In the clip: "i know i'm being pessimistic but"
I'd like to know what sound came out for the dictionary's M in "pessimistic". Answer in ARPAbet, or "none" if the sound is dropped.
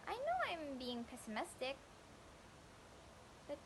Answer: M